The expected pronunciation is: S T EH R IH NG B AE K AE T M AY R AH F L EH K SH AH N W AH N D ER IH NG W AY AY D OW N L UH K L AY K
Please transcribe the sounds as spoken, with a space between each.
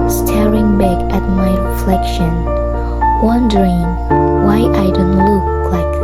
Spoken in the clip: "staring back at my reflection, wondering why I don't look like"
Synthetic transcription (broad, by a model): S T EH R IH NG B AE K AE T M AY R AH F L EH K SH AH N W AH N D ER IH NG W AY AY D OW N L UH K L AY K